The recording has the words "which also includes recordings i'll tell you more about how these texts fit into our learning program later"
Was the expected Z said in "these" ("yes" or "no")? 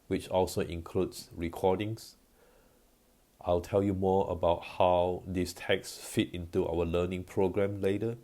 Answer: no